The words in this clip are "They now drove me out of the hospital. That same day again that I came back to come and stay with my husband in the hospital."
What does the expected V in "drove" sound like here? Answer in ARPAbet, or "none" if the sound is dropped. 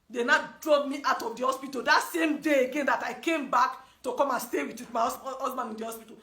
B